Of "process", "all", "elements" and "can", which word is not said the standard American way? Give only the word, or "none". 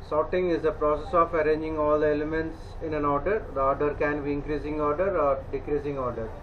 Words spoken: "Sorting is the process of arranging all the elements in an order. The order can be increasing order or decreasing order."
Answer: none